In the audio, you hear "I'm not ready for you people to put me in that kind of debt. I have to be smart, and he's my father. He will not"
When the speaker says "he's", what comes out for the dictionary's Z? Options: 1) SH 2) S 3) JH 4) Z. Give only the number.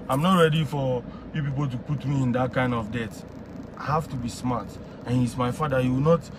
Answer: 2